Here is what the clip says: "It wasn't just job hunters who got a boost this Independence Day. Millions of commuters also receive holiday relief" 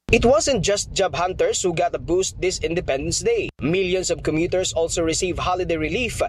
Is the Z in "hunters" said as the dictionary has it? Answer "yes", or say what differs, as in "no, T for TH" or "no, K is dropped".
no, S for Z